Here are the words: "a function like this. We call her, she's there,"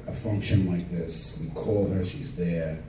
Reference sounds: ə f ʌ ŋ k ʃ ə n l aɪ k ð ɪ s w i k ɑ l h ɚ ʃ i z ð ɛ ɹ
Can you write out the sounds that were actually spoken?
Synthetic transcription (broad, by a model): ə f ʌ ŋ k ʃ ə n l aɪ k ð ɪ s w i k ɑ l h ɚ ʃ i z ð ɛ ɹ